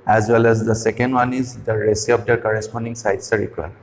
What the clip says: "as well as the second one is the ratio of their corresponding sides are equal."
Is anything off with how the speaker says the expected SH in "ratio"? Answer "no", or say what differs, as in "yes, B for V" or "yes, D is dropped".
yes, S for SH